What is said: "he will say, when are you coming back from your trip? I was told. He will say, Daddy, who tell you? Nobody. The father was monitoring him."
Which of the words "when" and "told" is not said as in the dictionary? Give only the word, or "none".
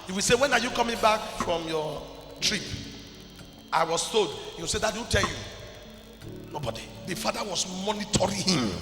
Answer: told